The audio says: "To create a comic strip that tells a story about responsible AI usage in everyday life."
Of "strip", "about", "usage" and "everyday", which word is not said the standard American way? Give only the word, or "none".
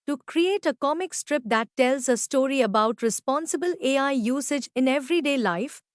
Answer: none